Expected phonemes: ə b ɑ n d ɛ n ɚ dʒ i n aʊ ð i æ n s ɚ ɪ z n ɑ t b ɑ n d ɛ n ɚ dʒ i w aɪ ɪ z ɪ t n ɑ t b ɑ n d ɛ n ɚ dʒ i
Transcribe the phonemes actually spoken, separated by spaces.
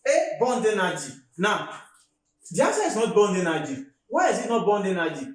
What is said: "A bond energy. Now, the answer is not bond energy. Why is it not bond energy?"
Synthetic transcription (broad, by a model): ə b ɑ n d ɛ n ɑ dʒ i n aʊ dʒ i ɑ s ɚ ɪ s n ɑ t b ɑ n d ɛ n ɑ dʒ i w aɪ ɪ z ɪ t n ɑ t b ɑ n d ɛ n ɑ dʒ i